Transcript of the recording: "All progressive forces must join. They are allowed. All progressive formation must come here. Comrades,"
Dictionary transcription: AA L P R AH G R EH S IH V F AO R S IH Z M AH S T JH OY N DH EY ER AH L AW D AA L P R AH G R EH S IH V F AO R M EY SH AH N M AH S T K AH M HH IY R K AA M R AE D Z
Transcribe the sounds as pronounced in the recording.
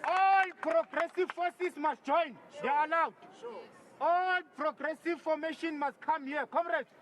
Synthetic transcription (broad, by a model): AA L P R AH G R EH S IH V F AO S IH S M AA S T JH OY N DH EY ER AH L AW D AA L P R AH G R EH S IH V F AO M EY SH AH N M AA S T K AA M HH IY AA K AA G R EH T